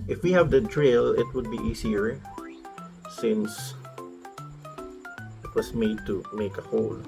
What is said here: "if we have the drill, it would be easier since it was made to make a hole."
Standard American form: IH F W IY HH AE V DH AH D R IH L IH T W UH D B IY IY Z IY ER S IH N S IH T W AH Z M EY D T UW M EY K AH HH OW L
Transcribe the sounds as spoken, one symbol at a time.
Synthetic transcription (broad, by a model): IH F W IY HH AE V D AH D R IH L IH T W UH D B IY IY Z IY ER S IH N S IH T W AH S M EY D T UW M EY K AH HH OW L